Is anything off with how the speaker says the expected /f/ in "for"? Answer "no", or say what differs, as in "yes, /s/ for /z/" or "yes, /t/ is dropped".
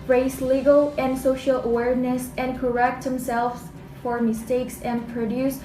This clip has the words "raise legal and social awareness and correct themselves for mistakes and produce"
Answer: no